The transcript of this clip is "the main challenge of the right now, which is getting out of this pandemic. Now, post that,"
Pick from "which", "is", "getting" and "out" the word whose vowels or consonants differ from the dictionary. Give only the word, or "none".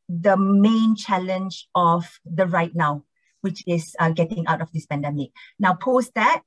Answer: is